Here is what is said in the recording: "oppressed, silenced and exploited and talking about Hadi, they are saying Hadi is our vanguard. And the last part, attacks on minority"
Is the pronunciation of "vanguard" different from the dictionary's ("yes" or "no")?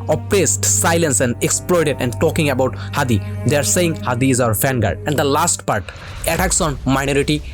yes